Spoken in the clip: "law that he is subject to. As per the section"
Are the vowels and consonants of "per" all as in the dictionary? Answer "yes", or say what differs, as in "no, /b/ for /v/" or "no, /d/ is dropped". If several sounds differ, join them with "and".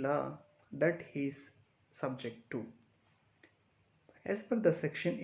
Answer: no, /f/ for /p/